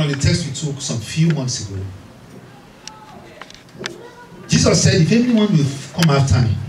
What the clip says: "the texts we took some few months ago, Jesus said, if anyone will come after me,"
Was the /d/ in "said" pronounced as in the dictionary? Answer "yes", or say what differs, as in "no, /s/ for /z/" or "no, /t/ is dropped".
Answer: yes